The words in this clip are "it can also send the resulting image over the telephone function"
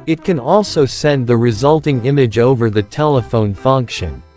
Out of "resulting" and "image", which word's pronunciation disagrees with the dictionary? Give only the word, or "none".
none